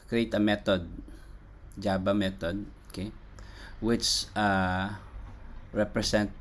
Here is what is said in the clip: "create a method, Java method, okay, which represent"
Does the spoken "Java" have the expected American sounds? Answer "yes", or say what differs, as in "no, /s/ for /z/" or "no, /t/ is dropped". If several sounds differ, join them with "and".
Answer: no, /b/ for /v/